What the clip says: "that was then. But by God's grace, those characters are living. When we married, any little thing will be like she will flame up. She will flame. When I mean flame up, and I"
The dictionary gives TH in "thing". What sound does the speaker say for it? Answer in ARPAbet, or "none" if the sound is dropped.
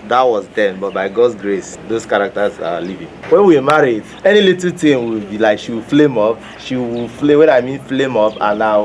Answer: T